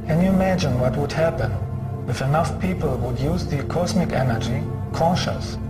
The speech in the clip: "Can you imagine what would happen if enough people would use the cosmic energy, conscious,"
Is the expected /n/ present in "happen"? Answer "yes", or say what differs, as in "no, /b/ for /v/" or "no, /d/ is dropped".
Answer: yes